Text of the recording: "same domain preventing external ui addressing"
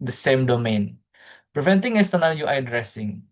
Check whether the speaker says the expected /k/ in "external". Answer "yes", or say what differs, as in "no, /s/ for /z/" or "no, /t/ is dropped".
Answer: no, /k/ is dropped